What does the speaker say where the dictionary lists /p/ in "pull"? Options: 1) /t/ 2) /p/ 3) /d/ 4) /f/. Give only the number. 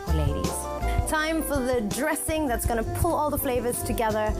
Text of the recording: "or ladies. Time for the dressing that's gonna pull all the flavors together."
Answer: 2